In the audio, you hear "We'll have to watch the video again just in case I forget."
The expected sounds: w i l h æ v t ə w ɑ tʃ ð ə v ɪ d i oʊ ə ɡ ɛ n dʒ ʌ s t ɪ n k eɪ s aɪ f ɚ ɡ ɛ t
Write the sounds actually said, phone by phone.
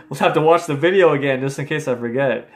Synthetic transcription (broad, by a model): w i l h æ f t ə w ɑ tʃ ð ə v ɪ d i oʊ ə ɡ ɛ n dʒ ʌ s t ɪ n k eɪ s aɪ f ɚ ɡ ɛ t